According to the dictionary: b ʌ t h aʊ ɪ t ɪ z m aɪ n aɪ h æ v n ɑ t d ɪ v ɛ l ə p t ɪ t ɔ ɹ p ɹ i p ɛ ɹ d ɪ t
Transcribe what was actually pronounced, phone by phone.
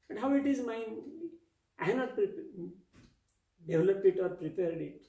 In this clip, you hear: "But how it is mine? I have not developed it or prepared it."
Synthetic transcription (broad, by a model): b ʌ t h aʊ ɪ t ɪ z m aɪ aɪ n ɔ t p t d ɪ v l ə p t ɪ t ɔ ɹ p ɹ i p ɛ ɹ d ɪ t